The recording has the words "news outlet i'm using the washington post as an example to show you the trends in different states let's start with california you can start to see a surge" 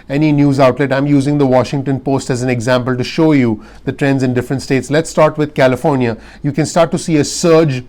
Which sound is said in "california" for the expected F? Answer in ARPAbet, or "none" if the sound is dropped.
F